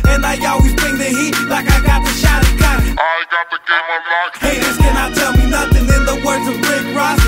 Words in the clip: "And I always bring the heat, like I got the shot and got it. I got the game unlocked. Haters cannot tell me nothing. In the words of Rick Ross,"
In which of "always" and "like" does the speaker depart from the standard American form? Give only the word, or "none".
none